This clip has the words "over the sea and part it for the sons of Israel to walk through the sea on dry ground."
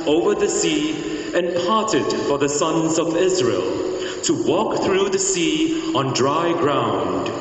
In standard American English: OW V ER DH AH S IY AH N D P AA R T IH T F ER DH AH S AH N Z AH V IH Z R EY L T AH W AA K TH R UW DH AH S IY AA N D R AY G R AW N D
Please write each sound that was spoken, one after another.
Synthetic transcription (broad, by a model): OW V ER DH AH S IY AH N P AA R T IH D F ER DH AH S AH N Z AH V IH Z R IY L T AH W AA K TH R UW DH AH S IY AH N D R AY G R AW N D